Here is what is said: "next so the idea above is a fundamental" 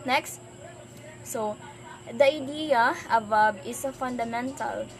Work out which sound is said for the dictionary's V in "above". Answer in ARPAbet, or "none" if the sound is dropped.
B